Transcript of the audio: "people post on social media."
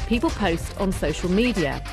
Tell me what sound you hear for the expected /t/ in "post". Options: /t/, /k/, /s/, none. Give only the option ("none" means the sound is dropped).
/t/